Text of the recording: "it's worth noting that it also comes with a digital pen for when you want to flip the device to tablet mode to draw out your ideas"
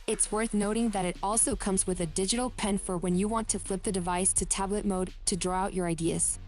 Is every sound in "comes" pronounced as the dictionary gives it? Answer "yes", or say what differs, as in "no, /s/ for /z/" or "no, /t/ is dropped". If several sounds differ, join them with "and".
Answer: yes